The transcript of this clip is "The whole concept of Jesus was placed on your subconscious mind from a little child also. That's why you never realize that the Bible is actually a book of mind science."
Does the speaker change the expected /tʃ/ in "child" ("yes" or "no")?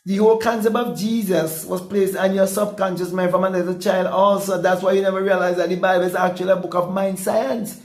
no